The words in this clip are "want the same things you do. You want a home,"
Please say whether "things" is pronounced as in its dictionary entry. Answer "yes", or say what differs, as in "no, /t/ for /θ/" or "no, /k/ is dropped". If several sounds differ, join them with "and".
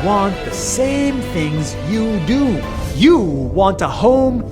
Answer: yes